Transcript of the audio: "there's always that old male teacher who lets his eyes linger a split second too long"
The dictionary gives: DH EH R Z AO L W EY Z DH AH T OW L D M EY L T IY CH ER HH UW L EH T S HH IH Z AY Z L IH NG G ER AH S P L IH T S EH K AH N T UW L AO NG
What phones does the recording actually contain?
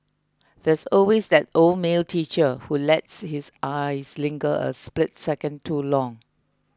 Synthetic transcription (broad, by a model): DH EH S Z AO L W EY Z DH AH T OW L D M EY L T IY CH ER HH UW L EH T S HH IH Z AY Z L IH NG G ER AH S P L IH T S EH K AH N T UW L AO NG